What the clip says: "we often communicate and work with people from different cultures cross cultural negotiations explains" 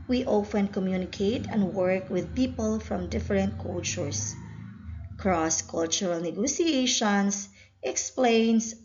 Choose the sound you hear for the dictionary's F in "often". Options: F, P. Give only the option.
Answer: F